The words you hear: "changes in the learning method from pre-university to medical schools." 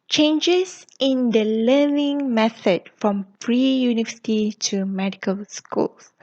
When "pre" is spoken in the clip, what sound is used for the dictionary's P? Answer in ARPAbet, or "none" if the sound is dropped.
F